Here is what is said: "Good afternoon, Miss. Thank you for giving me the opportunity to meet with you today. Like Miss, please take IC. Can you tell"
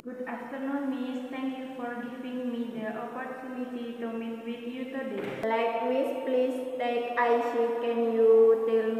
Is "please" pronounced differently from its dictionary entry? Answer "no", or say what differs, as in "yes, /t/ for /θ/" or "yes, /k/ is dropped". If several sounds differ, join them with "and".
yes, /s/ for /z/